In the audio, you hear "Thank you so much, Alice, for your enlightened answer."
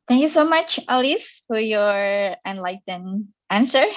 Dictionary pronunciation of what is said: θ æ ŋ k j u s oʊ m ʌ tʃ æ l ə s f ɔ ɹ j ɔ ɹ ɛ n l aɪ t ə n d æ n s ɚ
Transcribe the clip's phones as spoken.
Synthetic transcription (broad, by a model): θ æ ŋ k j u s oʊ m ʌ tʃ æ l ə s f ɔ ɹ j ɔ ɹ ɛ n l aɪ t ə n æ n s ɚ